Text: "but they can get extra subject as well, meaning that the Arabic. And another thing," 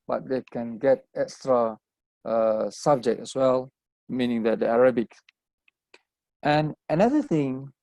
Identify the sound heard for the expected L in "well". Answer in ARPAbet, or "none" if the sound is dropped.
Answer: L